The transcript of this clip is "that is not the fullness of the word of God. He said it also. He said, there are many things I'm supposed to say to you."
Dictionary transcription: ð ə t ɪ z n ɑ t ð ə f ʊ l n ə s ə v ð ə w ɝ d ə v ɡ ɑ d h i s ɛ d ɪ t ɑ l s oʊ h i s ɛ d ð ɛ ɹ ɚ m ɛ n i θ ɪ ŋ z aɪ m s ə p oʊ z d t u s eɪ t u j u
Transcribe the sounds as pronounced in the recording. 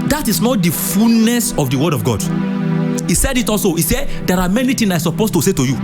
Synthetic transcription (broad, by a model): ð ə t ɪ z n ɑ t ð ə f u l n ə s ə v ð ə w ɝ d ə v ɡ ɑ d h i s ɛ d ɪ t ɑ l s oʊ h i s ɛ d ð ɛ ɹ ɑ m ɛ n i t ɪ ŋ aɪ s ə p oʊ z t u s eɪ t u j u